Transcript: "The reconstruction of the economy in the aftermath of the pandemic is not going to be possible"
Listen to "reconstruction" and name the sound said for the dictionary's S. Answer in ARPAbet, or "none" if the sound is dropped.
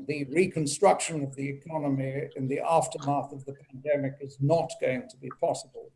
S